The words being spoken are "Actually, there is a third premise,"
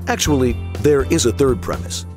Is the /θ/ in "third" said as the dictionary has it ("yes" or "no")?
yes